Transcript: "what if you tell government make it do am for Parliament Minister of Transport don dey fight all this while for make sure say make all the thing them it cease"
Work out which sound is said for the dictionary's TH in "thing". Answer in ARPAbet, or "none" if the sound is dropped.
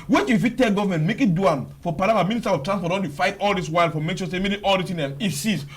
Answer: S